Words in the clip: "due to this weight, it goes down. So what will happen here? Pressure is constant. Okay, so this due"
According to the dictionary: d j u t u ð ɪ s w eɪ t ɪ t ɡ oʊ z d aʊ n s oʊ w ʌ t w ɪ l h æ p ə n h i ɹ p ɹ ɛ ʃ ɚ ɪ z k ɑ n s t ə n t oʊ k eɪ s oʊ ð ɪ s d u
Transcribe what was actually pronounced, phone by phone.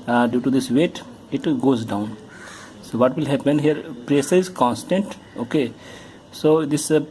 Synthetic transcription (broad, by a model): d j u t u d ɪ s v eɪ t ɪ t ɡ oʊ z d aʊ n s oʊ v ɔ t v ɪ l h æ p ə n h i ɹ p ɹ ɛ s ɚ ɪ z k ɑ n s t ə n t oʊ k eɪ s oʊ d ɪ s